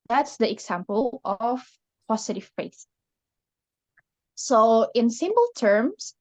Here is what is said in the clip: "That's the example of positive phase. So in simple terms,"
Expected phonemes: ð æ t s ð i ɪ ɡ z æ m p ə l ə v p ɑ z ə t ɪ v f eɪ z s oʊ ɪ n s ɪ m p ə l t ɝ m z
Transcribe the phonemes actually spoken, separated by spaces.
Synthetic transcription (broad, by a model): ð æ t s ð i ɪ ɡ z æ m p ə l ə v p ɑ s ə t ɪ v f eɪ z s oʊ ɪ n s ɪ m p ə l t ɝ m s